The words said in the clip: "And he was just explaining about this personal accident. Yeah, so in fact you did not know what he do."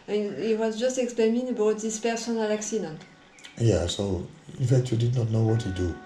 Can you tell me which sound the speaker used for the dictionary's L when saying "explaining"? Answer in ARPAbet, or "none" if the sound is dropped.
none